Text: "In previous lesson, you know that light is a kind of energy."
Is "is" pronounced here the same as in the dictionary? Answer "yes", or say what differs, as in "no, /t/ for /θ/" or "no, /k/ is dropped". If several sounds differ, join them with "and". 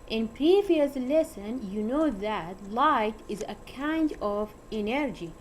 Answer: yes